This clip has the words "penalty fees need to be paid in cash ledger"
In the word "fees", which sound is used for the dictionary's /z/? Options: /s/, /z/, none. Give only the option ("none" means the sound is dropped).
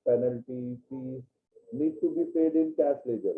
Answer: none